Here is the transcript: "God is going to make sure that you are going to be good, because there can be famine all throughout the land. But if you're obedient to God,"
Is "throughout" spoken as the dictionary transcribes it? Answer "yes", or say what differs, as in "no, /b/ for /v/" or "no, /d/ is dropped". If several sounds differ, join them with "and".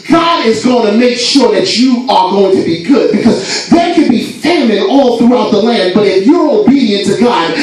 yes